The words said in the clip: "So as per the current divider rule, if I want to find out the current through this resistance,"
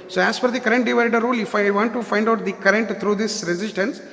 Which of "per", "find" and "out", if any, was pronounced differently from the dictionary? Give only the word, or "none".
per